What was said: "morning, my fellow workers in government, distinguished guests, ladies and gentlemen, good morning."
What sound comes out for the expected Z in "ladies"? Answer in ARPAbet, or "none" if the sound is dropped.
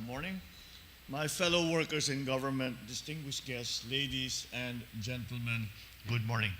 S